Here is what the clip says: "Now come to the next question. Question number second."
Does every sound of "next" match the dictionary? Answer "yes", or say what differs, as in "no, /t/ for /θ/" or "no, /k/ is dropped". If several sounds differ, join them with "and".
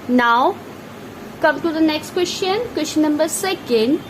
yes